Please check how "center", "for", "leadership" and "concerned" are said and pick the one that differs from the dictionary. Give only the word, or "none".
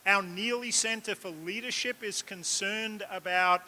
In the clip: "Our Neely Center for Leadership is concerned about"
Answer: none